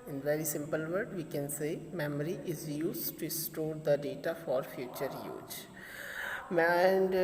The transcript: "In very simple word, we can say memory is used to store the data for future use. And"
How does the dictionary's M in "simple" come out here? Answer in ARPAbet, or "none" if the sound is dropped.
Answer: M